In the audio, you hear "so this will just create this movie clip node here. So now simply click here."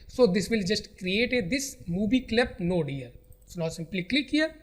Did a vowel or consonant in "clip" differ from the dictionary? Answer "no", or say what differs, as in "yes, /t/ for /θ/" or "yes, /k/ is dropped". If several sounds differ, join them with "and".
no